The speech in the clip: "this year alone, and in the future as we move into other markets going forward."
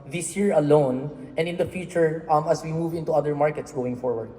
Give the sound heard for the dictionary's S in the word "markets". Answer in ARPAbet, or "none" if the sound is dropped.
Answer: S